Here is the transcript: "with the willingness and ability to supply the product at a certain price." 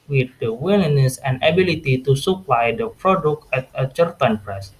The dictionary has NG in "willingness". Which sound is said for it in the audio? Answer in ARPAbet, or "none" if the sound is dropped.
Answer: none